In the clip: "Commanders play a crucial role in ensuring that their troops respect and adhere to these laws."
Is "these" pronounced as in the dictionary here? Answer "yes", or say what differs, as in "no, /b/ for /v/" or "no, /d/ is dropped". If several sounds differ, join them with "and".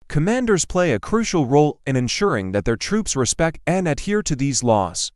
yes